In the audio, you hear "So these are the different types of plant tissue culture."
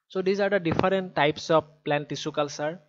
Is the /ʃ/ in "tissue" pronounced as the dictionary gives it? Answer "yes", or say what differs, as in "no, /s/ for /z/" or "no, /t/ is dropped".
no, /s/ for /ʃ/